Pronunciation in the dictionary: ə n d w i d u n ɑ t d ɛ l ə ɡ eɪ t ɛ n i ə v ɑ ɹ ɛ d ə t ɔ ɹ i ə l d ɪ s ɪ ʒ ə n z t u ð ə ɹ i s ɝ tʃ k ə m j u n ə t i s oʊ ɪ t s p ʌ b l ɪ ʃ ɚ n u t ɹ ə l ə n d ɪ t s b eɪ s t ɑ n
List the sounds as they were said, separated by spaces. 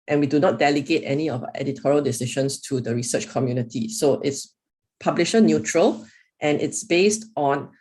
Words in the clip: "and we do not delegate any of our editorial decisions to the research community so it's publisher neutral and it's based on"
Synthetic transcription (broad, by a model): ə n w i d u n ɑ t d ɛ l ə ɡ eɪ t ɛ n i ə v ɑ ɛ d ə t ɔ ɹ i ə l d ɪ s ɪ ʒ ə n s t u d ə ɹ i s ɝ tʃ k ə m j u n ə t i s oʊ ɪ t s p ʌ b l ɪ ʃ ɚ n u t ɹ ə l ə n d ɪ t s b eɪ s t ɑ n